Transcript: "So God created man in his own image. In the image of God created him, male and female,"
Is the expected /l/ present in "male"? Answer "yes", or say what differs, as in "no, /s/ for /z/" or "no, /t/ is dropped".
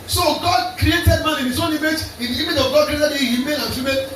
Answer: no, /n/ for /l/